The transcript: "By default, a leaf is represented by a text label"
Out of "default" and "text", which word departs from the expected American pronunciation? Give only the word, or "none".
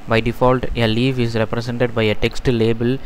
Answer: none